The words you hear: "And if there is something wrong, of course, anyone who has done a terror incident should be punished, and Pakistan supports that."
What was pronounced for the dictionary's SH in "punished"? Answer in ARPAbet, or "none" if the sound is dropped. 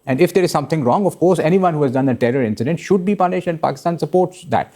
SH